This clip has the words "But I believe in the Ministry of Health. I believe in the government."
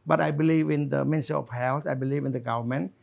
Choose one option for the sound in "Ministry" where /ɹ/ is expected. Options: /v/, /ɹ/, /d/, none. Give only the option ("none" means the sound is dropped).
none